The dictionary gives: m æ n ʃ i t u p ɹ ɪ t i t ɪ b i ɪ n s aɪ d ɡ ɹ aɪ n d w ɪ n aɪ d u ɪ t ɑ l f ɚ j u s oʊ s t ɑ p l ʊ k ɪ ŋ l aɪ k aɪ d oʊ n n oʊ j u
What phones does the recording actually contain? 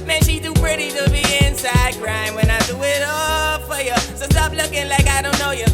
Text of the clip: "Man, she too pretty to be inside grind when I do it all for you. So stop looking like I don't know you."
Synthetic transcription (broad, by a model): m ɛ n ʃ i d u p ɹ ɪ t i t ɪ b i ɪ n s aɪ d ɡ ɹ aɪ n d w ɪ n aɪ d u ɪ t ɑ l f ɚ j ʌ s oʊ s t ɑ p l ʊ k ɪ ŋ l aɪ k aɪ d oʊ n n oʊ j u